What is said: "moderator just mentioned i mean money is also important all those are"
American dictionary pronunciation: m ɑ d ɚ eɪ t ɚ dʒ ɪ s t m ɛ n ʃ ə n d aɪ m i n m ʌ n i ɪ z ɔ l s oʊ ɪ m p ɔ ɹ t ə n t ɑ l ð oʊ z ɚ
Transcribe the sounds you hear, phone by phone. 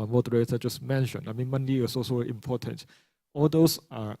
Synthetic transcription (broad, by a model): m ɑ d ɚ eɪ t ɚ dʒ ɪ s m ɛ n ʃ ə n aɪ m i n m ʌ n i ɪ s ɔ s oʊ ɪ m p ɔ t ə n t ɑ l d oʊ s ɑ